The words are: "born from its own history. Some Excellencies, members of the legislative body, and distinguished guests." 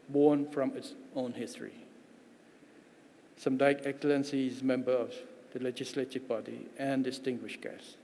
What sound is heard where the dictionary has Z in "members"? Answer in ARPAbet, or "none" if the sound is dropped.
none